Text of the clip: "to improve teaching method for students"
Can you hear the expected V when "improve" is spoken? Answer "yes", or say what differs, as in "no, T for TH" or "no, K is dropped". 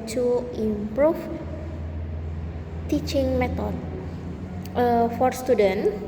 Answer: no, F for V